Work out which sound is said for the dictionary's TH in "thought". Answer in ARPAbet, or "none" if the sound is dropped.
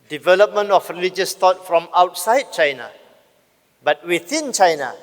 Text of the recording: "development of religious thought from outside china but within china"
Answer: T